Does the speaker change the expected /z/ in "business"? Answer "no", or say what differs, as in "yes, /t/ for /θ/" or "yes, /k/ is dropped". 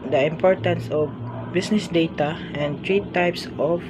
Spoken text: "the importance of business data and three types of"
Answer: yes, /s/ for /z/